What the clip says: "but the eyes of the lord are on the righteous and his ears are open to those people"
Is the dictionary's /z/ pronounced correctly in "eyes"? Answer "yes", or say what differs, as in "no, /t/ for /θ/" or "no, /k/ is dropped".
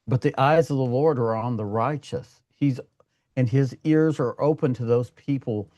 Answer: yes